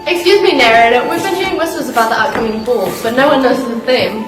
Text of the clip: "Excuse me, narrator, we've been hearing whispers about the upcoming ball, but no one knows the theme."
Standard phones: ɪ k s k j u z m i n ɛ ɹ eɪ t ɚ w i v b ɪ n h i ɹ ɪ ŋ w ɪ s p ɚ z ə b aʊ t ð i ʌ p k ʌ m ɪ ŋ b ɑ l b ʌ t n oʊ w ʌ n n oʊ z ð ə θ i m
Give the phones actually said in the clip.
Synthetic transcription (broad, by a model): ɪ k s k j u z m i n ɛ ɹ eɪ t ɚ w i v b ɪ n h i ɹ ɪ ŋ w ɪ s ɚ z ə b aʊ t ð i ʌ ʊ k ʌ m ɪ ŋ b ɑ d b ʌ t n oʊ w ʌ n n oʊ z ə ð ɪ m